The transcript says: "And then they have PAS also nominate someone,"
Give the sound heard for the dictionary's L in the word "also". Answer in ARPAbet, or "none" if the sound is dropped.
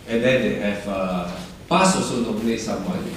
none